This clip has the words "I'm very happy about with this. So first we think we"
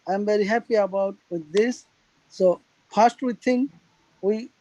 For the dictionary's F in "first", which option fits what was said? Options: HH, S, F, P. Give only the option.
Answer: P